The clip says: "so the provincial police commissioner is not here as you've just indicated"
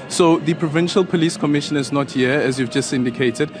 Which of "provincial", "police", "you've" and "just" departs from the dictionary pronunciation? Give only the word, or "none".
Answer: none